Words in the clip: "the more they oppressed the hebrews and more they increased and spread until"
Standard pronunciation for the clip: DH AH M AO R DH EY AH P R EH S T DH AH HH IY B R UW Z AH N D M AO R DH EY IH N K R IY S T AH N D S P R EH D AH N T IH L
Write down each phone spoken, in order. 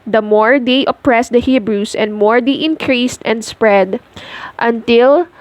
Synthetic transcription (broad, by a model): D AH M AO R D EY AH P R EH S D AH HH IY B R UW S AH N D M AO R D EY IH N K R IY S T AH N D S P R EH D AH N T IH L